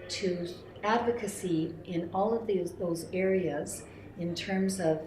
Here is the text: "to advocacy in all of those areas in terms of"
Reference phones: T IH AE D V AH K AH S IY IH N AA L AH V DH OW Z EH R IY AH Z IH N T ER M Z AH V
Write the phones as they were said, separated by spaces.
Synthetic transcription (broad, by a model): T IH AE D V AH K AH S IY IH N AA L AH V DH OW Z EH R IY AH Z IH N T ER M Z AH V